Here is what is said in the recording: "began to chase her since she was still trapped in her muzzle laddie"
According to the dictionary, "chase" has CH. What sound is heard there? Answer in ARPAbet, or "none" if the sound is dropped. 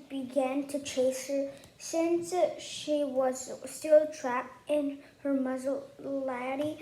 CH